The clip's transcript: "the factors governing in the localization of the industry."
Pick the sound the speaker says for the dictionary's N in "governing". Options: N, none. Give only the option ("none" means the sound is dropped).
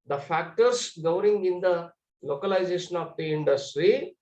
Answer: none